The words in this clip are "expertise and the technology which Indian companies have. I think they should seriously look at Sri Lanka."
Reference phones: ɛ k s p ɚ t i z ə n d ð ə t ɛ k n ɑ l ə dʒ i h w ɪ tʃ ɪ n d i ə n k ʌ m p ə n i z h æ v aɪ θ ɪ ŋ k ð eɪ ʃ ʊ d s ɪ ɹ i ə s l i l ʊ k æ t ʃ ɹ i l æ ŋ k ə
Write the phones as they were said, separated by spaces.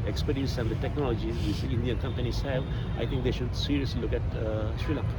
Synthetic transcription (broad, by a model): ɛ k s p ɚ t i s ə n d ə t ɛ k n ɑ l ə dʒ i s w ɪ s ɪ n d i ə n k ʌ m p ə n i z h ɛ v aɪ t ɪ ŋ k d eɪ ʃ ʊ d s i ɹ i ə s l i l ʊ k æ t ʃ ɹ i l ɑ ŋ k